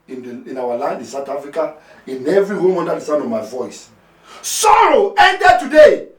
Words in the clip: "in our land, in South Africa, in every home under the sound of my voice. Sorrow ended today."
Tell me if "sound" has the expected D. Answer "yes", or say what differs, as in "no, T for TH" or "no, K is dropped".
no, D is dropped